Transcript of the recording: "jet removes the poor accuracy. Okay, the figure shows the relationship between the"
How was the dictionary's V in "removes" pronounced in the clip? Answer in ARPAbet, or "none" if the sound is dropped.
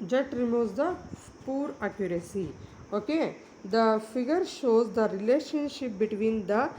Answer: none